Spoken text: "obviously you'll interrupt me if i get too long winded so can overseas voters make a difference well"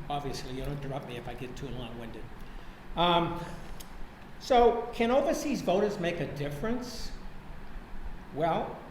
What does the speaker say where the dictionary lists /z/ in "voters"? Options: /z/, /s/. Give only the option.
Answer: /z/